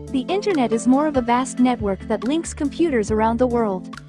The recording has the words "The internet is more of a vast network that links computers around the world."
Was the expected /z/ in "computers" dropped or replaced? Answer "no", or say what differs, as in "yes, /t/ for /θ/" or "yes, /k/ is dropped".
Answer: no